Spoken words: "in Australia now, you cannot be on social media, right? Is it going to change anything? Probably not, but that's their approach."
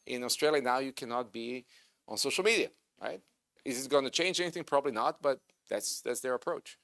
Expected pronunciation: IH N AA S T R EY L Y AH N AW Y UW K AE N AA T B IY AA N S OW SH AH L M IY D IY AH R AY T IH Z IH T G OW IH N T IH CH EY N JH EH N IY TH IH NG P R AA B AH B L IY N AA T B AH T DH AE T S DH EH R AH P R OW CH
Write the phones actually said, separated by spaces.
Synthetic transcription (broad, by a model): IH N AA S T R EY L Y AH N AW Y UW K AE N AA T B IY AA N S OW SH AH L M IY D IY AH R AY T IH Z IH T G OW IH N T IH CH EY N JH EH N IY TH IH NG P R AA B AH B L IY N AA T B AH T DH AE T S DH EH R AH P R OW CH